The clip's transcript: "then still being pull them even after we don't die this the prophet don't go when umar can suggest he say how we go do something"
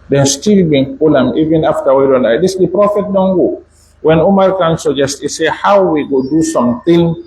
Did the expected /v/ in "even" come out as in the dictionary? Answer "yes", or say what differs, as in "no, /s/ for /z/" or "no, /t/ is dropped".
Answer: yes